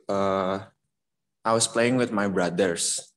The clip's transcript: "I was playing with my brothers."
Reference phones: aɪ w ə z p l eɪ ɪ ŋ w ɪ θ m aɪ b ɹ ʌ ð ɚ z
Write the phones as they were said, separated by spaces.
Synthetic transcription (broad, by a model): aɪ w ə s p l eɪ ɪ ŋ w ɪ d m aɪ b ɹ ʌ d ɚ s